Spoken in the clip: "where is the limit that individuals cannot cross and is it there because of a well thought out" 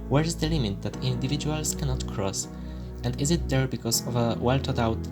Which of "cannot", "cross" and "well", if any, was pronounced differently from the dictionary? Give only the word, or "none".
none